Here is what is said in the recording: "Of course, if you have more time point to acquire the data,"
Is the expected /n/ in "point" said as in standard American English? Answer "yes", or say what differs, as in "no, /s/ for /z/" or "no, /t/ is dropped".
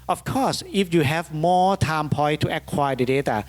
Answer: no, /n/ is dropped